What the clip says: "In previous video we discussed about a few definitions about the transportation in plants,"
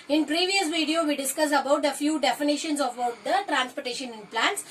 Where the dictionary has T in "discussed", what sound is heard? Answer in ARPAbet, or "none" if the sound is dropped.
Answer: none